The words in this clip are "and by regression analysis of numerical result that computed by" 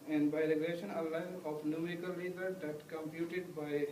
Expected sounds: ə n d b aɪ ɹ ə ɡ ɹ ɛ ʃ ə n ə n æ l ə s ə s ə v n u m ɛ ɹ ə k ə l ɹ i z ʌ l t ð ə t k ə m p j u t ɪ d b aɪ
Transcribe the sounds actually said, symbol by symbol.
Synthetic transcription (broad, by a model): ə n d b aɪ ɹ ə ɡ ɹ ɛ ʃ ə n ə l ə ə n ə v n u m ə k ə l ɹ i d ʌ t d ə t k ə m p j u t ɪ d b aɪ